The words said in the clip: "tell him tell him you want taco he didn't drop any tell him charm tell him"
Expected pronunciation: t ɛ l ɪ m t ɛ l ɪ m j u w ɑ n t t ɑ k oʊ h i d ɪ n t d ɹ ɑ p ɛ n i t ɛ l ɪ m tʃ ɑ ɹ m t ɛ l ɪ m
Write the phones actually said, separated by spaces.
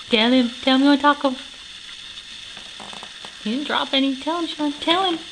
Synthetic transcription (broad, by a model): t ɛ l ɪ m t ɛ l m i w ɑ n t t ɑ k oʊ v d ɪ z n d ɹ ɑ p ɛ n i t ɛ l ɪ m ʃ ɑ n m t ɛ l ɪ m